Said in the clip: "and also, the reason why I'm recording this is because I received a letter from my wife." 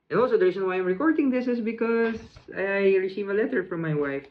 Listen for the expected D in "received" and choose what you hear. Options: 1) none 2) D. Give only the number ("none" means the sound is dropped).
1